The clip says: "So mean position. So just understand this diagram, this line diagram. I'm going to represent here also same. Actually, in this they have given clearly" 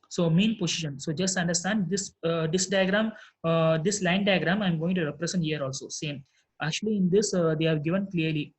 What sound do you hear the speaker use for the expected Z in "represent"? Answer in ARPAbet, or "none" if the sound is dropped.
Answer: S